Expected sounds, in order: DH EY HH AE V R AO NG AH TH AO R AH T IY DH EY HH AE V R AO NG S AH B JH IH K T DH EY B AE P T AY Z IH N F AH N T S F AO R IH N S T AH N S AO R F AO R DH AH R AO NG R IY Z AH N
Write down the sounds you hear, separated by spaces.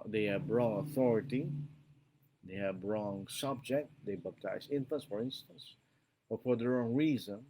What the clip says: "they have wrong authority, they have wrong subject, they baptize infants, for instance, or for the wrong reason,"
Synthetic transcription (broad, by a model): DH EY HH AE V R AO NG AH TH AO R AH T IY DH EY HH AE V R AO NG S AH B JH IH K T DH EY B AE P T AY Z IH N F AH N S F AO R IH N S T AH N S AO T F AO R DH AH R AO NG R IY Z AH N